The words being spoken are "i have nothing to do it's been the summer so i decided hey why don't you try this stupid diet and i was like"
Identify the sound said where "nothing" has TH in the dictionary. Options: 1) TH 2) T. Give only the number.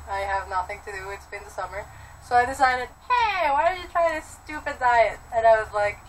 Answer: 1